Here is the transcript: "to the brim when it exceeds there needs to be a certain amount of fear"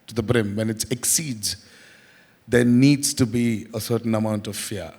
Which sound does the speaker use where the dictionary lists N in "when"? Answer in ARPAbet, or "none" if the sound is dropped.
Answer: N